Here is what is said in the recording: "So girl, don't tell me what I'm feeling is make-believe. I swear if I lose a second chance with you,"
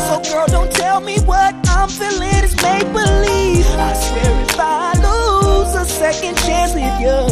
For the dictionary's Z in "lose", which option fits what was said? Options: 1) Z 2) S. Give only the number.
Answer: 1